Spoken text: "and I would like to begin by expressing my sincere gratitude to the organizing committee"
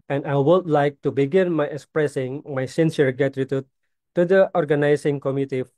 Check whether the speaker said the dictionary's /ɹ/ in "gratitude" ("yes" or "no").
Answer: no